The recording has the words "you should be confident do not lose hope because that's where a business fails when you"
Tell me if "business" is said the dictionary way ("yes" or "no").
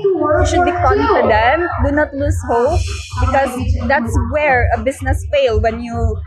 no